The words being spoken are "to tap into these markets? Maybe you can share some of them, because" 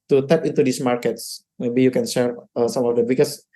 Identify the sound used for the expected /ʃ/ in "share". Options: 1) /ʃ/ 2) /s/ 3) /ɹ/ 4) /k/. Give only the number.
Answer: 2